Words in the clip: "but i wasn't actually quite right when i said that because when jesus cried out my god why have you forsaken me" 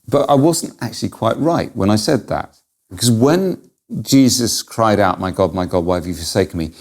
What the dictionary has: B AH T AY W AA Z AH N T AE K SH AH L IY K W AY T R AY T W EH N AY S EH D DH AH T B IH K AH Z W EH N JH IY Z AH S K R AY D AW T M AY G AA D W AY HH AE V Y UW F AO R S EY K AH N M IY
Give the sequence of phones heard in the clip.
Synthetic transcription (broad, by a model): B AH T AY W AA Z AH N T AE K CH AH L IY K W AY T R AY T W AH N AY S EH D DH AH T B IH K AH Z W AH N JH IY Z AH S K R AY D AW T M AY G AA D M AY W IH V Y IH F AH R S EY K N M IY